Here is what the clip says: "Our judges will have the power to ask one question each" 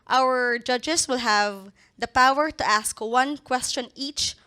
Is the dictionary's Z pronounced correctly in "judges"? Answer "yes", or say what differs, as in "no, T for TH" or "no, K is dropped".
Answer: no, S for Z